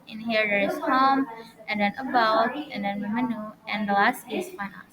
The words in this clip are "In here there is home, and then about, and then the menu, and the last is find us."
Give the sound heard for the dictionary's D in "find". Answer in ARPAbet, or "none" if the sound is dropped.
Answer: none